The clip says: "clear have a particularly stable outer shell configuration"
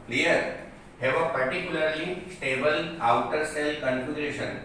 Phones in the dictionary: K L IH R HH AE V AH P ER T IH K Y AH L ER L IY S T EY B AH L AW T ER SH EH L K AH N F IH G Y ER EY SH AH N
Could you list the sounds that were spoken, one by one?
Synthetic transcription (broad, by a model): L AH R HH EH V AH P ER T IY K Y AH L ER L IY S T EY B AH L AW T ER S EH L K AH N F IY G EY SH AH N